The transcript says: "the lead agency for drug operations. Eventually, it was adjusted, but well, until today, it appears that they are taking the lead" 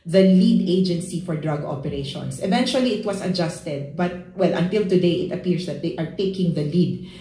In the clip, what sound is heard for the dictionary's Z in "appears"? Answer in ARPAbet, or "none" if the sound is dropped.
S